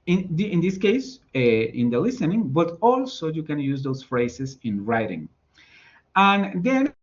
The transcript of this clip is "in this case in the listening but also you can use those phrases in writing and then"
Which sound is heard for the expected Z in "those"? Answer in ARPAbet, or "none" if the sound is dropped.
S